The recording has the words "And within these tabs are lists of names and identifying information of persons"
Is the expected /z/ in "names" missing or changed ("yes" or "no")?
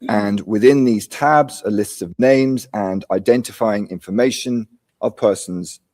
no